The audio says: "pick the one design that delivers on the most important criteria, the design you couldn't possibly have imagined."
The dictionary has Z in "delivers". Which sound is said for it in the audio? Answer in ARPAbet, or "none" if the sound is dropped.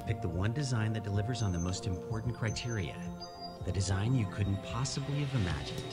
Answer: Z